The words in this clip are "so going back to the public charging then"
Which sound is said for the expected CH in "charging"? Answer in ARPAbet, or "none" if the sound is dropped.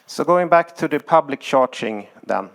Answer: SH